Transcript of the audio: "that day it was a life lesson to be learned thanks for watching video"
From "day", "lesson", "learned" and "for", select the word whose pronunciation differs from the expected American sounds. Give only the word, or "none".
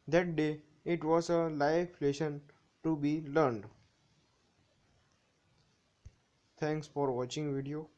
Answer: lesson